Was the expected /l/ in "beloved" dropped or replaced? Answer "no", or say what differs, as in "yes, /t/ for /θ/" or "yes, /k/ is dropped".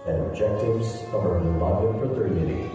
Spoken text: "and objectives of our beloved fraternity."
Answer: yes, /n/ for /l/